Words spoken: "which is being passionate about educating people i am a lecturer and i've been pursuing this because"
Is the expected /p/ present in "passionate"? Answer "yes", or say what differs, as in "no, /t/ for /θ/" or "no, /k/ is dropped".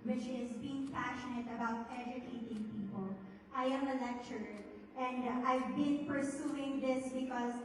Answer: yes